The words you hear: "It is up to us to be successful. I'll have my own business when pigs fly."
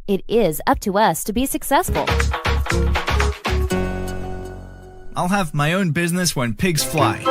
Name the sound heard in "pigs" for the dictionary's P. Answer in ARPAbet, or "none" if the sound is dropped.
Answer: P